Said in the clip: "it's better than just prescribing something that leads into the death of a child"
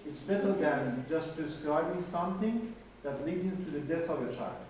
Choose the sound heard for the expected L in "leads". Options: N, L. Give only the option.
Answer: L